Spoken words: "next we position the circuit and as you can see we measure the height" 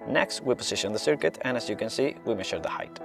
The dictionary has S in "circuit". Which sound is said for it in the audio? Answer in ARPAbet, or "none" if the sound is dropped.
S